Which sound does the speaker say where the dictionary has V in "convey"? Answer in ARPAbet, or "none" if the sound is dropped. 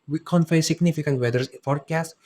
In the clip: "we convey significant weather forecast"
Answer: F